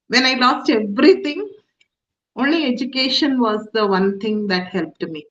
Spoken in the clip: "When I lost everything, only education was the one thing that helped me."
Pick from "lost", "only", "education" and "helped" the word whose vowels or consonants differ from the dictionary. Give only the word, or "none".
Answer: none